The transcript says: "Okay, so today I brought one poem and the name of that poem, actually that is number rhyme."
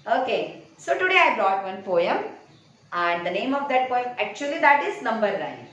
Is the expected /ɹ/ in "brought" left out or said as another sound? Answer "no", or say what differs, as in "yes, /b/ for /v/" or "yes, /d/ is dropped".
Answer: no